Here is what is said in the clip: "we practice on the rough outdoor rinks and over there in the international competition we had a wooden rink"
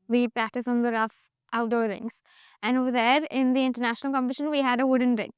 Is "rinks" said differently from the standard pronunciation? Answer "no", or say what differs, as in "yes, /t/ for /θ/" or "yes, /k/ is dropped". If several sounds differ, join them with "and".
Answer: yes, /k/ is dropped